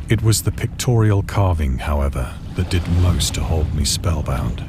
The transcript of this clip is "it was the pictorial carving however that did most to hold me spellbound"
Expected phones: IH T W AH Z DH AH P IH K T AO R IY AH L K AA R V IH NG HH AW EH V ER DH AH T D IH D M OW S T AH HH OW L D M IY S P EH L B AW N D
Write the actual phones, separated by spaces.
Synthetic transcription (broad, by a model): IH T W AH Z DH AH P IH K T AO R IY AH L K AA R V IH NG HH AW EH V ER DH AH T D IH D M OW S T AH HH OW L D M IY S P EH L B AW N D